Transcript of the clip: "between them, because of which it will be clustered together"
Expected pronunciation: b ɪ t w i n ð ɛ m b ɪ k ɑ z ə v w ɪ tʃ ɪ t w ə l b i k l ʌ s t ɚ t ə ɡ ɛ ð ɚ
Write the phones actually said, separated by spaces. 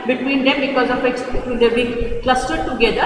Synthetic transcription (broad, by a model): b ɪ t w i n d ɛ m b ɪ k ɑ z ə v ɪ s ɪ t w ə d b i k l ʌ s t ɚ t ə ɡ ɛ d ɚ